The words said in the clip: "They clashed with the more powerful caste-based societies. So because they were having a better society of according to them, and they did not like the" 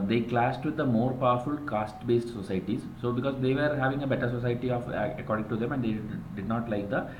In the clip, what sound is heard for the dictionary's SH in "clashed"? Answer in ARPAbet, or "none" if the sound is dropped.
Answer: S